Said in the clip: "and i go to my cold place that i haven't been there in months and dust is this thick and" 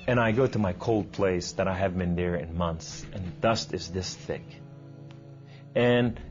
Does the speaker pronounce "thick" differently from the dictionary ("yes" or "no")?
no